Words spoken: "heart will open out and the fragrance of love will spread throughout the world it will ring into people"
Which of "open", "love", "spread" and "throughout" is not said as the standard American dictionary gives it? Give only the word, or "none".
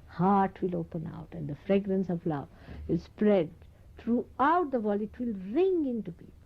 throughout